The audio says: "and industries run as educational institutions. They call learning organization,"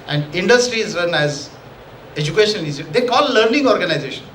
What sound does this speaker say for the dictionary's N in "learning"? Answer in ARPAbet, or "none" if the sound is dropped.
N